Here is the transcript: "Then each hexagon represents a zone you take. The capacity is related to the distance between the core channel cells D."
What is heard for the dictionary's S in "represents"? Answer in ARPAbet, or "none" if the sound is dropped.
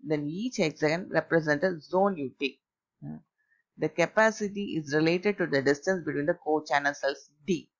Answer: none